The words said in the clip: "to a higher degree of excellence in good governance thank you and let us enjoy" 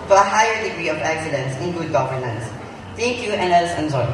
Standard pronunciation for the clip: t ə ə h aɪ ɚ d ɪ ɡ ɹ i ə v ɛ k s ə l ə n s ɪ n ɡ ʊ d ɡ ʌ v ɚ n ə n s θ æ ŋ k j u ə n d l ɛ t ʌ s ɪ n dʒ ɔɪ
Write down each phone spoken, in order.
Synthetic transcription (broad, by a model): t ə ə h aɪ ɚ d ɪ ɡ ɹ i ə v ɛ k s ə l ə n s ɪ n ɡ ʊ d ɡ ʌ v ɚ n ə n s t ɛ ŋ k j u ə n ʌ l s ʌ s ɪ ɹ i